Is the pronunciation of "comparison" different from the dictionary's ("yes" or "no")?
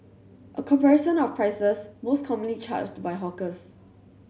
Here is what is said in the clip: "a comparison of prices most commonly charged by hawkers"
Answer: yes